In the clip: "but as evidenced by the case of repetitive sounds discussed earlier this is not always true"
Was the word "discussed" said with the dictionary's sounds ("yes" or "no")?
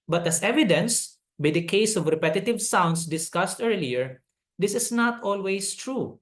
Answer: yes